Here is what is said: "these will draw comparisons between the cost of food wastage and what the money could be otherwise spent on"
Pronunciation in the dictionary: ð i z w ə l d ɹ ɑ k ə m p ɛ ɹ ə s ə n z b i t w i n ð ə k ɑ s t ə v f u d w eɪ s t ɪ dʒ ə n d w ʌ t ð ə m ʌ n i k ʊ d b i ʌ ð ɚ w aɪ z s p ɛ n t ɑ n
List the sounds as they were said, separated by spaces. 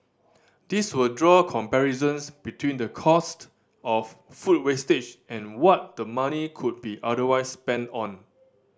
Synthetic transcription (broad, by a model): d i s w ə l d ɹ ɑ k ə m p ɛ ɹ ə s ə n s b i t w i n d ə k ɑ s t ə f f u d w eɪ s t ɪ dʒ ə n w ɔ t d ə m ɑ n i k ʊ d b i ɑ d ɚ w aɪ s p ɛ n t ɑ n